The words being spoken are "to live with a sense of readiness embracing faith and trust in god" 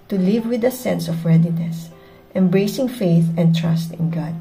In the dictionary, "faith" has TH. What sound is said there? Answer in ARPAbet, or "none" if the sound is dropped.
TH